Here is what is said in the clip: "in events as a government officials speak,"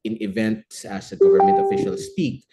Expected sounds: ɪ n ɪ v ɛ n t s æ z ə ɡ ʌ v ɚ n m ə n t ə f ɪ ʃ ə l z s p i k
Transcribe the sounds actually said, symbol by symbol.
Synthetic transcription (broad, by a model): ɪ n ɪ v ɛ n t s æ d ə ɡ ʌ v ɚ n m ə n t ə f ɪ ʃ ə l s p i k